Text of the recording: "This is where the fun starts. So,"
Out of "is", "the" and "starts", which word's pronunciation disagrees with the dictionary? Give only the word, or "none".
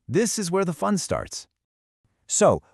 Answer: none